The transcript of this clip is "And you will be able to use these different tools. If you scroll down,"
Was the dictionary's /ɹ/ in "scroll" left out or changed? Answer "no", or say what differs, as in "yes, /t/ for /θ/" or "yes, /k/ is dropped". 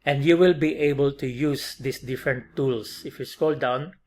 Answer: yes, /ɹ/ is dropped